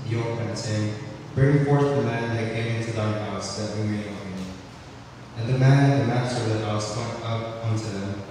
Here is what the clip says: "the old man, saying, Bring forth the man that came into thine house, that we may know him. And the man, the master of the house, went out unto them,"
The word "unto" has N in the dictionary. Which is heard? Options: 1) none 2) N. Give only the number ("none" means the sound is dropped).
2